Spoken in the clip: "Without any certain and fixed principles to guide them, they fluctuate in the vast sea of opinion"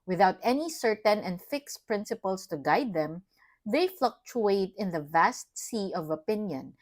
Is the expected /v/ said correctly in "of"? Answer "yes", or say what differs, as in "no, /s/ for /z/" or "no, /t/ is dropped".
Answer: yes